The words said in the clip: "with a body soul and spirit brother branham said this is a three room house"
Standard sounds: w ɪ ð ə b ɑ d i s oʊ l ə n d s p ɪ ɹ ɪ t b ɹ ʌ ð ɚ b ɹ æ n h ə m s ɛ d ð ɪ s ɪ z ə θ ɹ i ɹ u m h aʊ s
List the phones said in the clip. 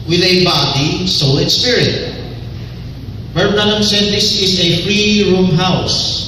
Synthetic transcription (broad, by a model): w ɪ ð ə b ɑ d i s oʊ l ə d s p ɪ ɹ ɪ t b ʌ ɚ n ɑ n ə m s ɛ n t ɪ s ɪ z ə f ɹ i ɹ u m h aʊ s